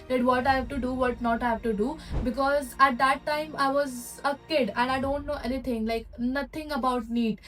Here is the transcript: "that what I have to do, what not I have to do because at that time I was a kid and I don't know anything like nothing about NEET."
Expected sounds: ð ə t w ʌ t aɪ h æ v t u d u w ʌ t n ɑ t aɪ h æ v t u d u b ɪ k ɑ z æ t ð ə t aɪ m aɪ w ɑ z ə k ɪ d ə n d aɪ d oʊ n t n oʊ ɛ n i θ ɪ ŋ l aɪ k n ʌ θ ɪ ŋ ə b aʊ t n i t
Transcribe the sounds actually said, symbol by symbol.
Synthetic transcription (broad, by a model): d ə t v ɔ t aɪ h æ v t u d u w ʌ t n ɑ t aɪ h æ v t u d u b ɪ k ɑ z æ t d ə t aɪ m aɪ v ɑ z ə k ɪ d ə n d aɪ d oʊ n t n oʊ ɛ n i t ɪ ŋ l aɪ k n ʌ t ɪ ŋ ə b aʊ t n i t